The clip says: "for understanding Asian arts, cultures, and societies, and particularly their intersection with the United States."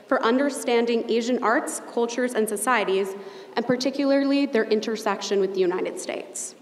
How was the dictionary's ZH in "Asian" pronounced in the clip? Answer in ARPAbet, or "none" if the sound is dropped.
ZH